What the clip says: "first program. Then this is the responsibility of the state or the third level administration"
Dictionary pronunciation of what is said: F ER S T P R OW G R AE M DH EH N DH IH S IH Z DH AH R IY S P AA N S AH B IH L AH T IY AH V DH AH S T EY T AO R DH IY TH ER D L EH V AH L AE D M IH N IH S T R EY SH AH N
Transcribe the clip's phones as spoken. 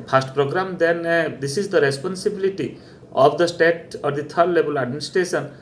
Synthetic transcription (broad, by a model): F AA S T P R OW G R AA M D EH N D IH S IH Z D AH R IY S P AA N S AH B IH L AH T IY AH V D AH S T EY T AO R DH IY T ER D L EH B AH L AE D M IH N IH S T R EY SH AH N